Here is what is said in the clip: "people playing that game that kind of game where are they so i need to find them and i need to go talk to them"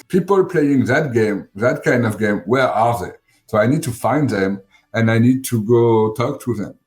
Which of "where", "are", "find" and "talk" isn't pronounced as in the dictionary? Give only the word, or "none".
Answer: none